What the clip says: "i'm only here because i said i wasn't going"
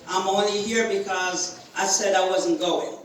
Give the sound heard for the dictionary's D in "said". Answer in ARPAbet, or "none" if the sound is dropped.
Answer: D